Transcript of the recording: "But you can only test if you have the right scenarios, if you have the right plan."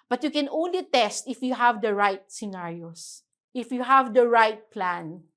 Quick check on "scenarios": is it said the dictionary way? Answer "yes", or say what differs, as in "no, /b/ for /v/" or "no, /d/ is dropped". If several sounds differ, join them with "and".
no, /s/ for /z/